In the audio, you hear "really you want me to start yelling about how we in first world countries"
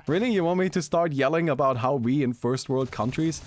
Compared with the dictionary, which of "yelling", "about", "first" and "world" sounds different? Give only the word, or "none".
none